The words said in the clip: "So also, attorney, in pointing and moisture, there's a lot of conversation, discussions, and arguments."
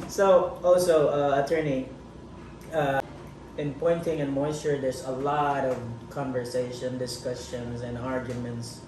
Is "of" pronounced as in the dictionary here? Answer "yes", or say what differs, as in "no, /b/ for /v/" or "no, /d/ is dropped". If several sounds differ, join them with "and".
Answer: yes